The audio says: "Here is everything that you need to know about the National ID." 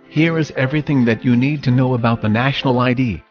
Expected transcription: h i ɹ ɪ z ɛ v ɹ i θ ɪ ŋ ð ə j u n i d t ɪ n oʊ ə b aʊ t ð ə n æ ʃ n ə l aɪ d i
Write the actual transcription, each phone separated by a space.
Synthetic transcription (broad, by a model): h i ɹ ɪ z ɛ v ɹ i θ ɪ ŋ ð ə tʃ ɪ n i d t ɪ n oʊ ə b aʊ t ð ə n æ ʃ n l aɪ d i